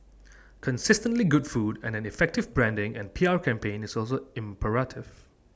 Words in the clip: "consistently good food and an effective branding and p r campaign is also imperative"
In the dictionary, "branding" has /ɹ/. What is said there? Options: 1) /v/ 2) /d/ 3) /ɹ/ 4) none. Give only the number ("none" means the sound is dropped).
3